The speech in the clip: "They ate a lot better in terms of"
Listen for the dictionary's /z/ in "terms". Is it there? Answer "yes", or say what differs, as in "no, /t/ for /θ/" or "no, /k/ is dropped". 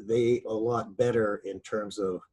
yes